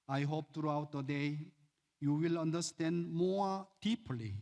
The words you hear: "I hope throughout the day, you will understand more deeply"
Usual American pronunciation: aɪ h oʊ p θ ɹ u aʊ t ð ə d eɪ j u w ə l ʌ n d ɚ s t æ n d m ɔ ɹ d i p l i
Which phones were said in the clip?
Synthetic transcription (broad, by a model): aɪ h oʊ p t ɹ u aʊ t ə d eɪ j u w ə l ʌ n d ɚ s t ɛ n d m ɔ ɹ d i p l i